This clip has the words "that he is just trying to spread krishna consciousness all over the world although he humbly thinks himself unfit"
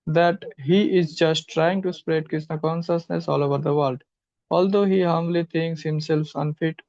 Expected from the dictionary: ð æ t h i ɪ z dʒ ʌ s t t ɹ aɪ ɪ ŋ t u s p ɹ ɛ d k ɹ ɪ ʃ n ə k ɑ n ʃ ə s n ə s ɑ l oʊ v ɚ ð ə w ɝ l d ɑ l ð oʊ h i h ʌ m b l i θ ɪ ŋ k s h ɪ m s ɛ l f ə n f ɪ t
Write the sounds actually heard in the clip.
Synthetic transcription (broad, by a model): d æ t h i ɪ z dʒ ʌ s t t ɹ aɪ ɪ ŋ t u s p ɹ ɛ d k ɹ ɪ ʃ n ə k ɑ n ʃ ə s n ə s ɑ l oʊ v ɚ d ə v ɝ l d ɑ l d oʊ h i h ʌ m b l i t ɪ ŋ k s h ɪ m s ɛ l f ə n f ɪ t